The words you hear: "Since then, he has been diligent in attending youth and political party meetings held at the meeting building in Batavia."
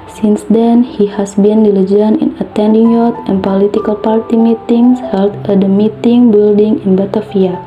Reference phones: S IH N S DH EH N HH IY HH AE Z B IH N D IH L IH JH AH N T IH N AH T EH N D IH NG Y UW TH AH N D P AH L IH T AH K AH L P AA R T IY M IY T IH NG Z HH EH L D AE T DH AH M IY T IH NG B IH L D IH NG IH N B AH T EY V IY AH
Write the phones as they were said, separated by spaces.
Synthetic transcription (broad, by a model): S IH N S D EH N HH IY HH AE S B IH N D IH L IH JH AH N IH N AH T EH N D IH NG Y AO T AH N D P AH L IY T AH K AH L P AA R T IY M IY T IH NG S HH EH L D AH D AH M IY T IH NG B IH L D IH NG IH N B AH T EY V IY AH